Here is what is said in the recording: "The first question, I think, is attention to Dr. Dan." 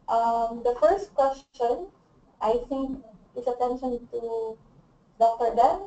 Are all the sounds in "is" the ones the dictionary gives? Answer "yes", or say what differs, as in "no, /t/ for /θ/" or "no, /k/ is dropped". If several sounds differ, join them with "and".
no, /s/ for /z/